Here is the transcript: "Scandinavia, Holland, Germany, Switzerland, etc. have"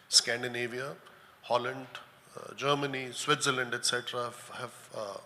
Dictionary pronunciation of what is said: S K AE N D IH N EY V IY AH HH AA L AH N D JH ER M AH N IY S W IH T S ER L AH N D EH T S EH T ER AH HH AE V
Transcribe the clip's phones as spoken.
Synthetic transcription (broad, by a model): S K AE N D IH N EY V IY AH HH AA L AH N D JH ER M AH N IY S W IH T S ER L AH N D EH T S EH T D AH HH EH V